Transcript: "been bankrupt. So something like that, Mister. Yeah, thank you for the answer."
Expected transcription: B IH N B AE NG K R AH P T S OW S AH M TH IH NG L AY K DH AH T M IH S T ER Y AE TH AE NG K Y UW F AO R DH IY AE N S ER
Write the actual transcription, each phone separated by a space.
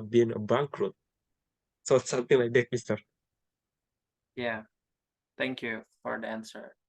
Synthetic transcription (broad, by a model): B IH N B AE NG K R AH T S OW S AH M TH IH NG L AY K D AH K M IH S T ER Y AE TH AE NG K Y UW F AO R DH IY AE N S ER